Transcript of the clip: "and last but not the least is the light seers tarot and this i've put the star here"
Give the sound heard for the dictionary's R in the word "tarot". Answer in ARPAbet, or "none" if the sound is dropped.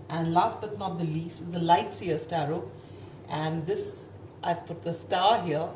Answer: R